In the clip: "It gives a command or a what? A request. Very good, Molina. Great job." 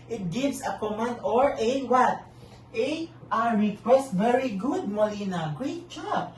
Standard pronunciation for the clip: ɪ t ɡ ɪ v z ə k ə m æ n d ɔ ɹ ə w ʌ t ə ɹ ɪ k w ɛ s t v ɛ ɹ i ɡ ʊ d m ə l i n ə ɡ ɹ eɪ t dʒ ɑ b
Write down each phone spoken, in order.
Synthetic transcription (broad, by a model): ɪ t ɡ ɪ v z ə k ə m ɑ n d ɔ ɹ ə w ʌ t ə ɹ ɪ k w ɛ s t v ɛ ɹ i ɡ ʊ d m ə l i n ə ɡ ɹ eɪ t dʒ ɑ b